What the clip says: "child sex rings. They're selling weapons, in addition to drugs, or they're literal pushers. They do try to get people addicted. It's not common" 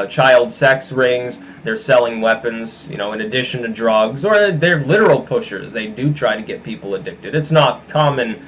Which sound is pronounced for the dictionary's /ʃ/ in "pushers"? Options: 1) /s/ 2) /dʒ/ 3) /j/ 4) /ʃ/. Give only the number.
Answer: 4